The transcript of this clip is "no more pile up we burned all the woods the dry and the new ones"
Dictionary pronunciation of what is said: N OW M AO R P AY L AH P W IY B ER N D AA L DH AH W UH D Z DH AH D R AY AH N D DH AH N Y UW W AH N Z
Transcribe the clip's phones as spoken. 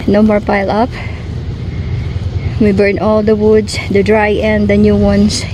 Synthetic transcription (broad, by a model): N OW M AO R P AY L AH P W IY B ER N AA L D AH W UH D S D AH D R AY AH N D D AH N Y UW W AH N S